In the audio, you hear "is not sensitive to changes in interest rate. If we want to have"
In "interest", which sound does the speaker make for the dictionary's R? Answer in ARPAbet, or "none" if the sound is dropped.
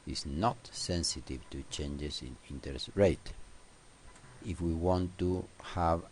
none